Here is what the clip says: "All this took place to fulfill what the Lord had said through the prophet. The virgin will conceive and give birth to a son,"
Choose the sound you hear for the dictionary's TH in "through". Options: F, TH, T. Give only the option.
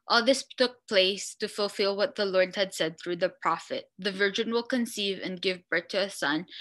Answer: TH